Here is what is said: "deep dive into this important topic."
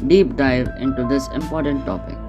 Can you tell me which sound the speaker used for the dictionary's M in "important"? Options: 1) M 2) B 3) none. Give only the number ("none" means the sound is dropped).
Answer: 1